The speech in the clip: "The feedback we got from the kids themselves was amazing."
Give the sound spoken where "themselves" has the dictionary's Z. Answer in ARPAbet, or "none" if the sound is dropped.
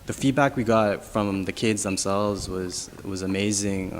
Z